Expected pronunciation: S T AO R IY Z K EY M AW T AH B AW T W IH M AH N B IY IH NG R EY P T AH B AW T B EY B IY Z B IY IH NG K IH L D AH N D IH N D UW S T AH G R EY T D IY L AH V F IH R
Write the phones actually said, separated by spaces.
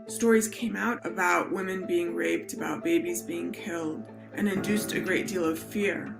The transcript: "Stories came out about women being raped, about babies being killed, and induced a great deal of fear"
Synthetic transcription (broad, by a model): S T AO R IY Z K EY M AW T AH B AW T W IH M AH N B IY IH NG R EY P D AH B AW T B EY B IY Z B IY IH NG K IH L D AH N IH N D UW S T AH G R EY T D IY L AH V F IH R